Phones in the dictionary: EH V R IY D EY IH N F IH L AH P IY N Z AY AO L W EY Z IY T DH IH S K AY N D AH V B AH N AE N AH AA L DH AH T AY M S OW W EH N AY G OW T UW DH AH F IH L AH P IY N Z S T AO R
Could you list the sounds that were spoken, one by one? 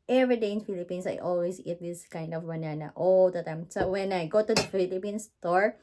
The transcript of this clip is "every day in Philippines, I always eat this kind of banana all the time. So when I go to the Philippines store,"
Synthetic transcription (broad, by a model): EH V R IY D EY IH N F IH L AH P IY N S AY AO L W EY S IY T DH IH S K AY N D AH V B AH N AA N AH AA L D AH T AY M S OW W EH N AY G OW T UW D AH F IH L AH P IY N S T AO R